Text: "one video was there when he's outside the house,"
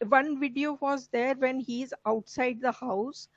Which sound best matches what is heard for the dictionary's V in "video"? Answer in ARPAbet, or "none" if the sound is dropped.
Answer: V